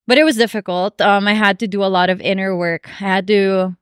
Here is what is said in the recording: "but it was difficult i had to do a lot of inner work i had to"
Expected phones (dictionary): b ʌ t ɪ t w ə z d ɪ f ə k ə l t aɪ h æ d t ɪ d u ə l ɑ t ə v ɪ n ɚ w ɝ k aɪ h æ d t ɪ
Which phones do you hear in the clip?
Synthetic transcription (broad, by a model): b ʌ t ɪ t w ə z d ɪ f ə k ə l t aɪ h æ d t ɪ d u ə l ɑ t ə v ɪ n ɚ w ɝ k aɪ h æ d t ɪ